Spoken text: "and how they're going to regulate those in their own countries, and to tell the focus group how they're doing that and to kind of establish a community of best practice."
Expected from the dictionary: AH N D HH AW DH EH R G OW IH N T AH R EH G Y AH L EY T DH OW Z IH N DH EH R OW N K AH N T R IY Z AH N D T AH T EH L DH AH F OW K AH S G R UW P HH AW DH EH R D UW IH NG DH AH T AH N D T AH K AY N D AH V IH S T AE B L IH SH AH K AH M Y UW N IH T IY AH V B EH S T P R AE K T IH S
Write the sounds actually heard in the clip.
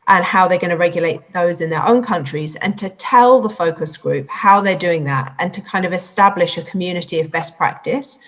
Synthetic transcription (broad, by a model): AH N HH AW DH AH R G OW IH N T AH R EH G Y AH L EY T DH OW Z IH N DH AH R OW N K AH N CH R IY Z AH N T AH T EH L DH AH F OW K AH S G R UW P HH AW DH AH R D UW IH NG DH AH T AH N T AH K AY N D AH V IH S T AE B L IH SH AH K AH M Y UW N IH T IY AH V B EH S P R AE K T IH S